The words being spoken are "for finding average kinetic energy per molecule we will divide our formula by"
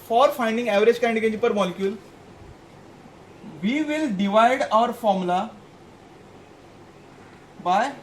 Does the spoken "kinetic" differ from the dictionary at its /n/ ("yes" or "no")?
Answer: yes